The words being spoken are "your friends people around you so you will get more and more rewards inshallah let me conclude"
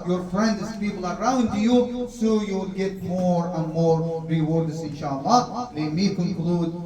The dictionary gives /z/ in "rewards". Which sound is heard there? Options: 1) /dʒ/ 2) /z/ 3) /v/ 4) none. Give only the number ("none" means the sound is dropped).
4